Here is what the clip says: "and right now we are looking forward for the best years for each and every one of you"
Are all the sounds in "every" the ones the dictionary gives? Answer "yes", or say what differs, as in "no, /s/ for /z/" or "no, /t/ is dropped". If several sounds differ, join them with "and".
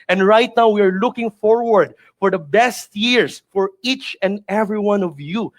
yes